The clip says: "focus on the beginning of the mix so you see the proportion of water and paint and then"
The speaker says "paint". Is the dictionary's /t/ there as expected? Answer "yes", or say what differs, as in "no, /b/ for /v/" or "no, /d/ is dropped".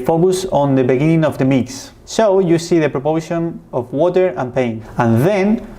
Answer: no, /t/ is dropped